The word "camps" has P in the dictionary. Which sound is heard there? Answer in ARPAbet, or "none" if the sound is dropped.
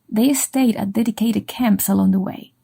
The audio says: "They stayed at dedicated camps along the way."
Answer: P